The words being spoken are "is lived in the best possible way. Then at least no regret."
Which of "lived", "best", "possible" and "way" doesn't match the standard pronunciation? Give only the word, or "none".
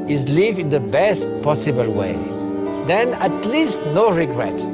lived